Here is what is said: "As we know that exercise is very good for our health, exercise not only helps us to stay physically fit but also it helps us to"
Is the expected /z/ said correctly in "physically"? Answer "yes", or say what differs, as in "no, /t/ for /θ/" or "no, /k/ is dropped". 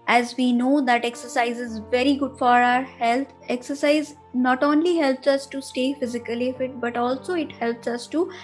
yes